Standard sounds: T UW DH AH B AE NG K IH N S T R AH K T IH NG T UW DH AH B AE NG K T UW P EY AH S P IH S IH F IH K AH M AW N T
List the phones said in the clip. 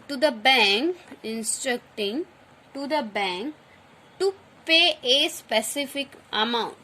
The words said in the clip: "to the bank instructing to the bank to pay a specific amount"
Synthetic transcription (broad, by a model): T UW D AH B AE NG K IH N S T R AH K T IH NG T UW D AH B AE NG K T UW P EY AH S P IH S IH F IH K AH M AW N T